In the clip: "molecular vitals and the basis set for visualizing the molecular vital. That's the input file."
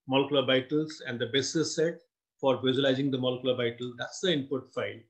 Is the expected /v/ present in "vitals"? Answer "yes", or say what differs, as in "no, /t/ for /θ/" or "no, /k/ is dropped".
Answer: no, /b/ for /v/